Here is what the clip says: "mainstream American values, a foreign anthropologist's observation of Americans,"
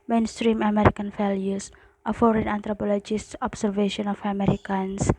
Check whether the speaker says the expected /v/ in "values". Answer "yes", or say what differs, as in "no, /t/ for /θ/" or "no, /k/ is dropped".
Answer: no, /f/ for /v/